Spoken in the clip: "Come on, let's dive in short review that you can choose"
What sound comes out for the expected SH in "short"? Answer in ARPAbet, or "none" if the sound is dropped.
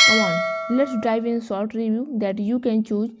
S